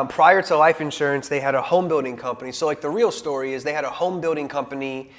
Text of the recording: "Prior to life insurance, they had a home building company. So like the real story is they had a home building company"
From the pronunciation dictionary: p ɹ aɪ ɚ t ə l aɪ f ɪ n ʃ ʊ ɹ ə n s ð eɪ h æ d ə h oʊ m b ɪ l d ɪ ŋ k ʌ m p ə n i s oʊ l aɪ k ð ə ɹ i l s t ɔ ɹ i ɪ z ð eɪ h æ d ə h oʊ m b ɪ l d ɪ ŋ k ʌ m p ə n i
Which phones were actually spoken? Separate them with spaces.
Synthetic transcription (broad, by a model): p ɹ aɪ ɚ t ə l aɪ f ɪ n ʃ ʊ ɹ ə n s ð eɪ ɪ d ə h oʊ m b ɪ l d ɪ ŋ k ʌ m p ə n i s oʊ l aɪ k ð ə ɹ i l s t ɔ ɹ i ɪ z ð eɪ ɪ d ə h oʊ m b ɪ l d ɪ ŋ k ʌ m p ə n i